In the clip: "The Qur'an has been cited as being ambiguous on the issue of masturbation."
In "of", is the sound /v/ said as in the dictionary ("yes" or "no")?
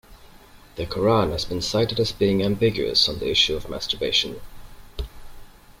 yes